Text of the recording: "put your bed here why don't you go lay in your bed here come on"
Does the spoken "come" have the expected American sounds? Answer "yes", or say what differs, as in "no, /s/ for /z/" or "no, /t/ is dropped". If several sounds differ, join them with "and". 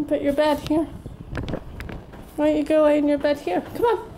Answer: yes